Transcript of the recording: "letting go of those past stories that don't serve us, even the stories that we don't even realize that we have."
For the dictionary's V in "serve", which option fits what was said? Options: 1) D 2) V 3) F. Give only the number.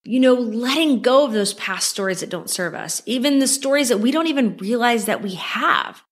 2